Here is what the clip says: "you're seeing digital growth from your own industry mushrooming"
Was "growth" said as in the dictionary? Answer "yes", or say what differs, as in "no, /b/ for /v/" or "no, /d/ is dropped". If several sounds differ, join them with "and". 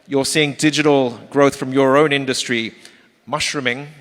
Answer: yes